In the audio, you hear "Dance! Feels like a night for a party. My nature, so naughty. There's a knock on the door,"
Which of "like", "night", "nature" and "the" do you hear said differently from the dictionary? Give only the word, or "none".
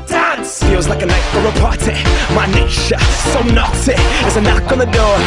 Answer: nature